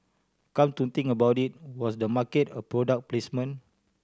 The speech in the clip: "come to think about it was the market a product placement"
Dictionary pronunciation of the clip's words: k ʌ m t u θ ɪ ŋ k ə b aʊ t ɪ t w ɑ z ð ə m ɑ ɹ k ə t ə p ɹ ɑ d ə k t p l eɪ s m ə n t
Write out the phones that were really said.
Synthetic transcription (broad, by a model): k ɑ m t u t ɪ ŋ ə b aʊ t ɪ t w ɑ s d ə m ɑ k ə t ə p ɹ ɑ d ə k p l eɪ s m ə n